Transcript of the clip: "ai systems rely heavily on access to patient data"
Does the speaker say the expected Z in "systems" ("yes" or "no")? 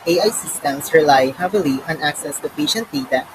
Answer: no